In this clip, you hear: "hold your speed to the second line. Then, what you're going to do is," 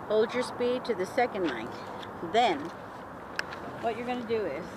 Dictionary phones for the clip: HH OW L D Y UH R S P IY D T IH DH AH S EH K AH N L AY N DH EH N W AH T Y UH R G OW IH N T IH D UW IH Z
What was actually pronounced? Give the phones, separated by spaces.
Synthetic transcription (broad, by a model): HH OW L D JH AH R S P IY D T IH DH AH S EH K AH N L AY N DH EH N W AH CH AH R G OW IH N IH D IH IH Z